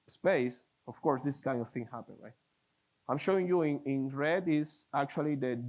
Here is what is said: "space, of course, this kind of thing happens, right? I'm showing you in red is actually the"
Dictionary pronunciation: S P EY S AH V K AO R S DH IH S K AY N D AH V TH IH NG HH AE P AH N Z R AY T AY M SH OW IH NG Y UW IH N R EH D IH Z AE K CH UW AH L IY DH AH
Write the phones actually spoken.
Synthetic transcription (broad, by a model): S P EY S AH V K AO R S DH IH S K AY N D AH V TH IH NG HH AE P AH N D R AY T AY M SH OW IH NG Y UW IH N R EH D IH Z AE K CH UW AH L IY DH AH